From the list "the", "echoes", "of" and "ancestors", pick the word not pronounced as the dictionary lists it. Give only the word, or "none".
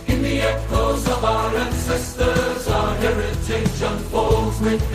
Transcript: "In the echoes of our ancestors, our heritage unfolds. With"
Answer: none